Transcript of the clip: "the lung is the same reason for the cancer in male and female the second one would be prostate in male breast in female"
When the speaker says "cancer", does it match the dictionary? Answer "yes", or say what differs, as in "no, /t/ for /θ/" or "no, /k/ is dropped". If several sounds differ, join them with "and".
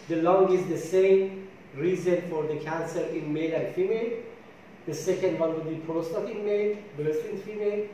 yes